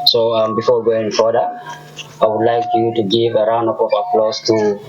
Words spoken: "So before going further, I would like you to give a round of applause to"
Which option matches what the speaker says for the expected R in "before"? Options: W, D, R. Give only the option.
W